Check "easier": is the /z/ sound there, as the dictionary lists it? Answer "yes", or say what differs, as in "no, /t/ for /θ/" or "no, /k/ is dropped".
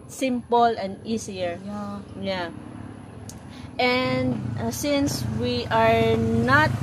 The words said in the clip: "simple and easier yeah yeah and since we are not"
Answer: no, /s/ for /z/